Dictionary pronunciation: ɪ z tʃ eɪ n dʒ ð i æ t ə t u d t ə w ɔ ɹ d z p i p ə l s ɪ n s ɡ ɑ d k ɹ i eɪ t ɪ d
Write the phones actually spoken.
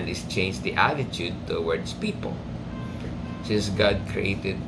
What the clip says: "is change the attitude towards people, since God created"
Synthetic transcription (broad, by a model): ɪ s tʃ eɪ n dʒ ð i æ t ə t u d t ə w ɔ ɹ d s p i p ə l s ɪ s ɡ ɑ d k ɹ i eɪ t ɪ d